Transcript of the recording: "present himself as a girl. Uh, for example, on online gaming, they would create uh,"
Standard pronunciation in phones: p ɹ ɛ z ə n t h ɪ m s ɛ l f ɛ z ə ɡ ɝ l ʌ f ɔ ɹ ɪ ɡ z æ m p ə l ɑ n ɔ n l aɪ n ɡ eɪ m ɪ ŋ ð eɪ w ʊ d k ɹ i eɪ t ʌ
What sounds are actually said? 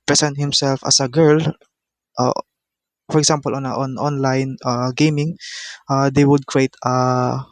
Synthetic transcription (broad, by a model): p ɹ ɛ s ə n t h ɪ m s ɛ l f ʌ s ə ɡ ɝ l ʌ f ɔ ɹ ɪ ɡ s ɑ m p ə l ɑ n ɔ n l aɪ n ɡ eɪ m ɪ ŋ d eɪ w ʊ d k ɹ i eɪ t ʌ